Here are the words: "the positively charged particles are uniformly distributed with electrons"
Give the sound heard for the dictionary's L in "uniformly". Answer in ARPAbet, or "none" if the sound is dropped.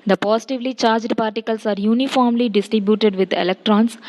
L